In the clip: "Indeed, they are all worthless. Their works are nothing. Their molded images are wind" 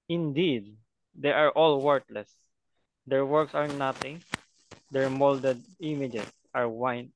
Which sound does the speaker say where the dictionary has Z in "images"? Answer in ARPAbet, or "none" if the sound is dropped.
S